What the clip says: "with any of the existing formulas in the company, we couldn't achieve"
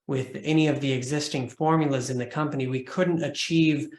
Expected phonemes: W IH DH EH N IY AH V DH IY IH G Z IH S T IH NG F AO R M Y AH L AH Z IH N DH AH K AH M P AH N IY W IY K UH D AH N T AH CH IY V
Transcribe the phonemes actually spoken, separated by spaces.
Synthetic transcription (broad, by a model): W IH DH EH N IY AH V DH IY IH G Z IH S T IH NG F AO R M Y L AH Z IH N DH AH K AH M P AH N IY W IY K UH D N T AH CH IY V